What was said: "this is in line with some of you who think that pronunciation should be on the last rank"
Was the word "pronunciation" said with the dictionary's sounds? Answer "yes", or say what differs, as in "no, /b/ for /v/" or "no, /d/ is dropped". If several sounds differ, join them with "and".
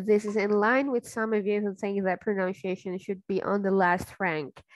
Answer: yes